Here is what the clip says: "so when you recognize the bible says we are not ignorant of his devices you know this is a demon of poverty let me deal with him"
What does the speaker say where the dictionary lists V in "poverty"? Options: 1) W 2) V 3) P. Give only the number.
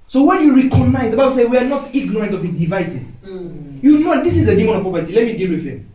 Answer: 3